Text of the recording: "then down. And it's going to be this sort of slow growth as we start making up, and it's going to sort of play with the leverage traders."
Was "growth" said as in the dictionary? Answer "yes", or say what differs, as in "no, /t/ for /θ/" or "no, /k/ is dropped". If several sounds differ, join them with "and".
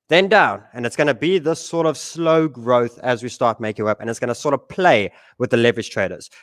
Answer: yes